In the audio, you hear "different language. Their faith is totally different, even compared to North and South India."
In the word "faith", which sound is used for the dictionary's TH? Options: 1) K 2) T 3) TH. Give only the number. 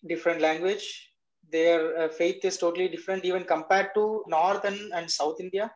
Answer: 2